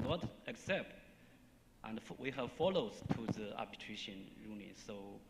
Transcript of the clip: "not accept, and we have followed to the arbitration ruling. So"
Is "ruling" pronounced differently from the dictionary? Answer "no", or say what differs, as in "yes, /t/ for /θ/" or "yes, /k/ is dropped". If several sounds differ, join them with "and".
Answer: yes, /n/ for /l/